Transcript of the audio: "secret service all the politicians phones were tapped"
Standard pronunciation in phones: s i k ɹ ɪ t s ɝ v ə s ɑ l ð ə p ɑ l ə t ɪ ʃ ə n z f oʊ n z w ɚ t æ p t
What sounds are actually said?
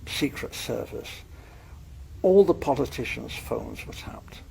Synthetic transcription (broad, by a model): s i k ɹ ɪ t s ɝ v ə s ɑ l ð ə p ɑ l ə t ɪ ʃ ə n z f oʊ n z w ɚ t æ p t